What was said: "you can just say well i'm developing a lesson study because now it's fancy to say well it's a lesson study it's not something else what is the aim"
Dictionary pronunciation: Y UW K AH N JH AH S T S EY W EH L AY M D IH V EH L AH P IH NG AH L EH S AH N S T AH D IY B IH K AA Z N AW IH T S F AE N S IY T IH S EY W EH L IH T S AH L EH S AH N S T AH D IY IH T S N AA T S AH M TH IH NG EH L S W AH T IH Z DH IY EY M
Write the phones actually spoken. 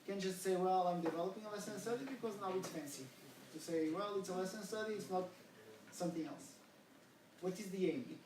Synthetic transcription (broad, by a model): K AH N JH AH S T S EY W EH L AY M D IH V EH L AH P IH NG AH L EH S AH N S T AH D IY B IH K AA Z N AW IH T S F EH N S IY T IH S EY W EH L IH T S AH L EH S AH N S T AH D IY IH T S N AA T S AH M TH IH NG EH L S W AH T IH Z DH IY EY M